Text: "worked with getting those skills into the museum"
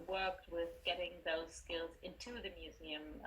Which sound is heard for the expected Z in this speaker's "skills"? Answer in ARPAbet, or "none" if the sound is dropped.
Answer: Z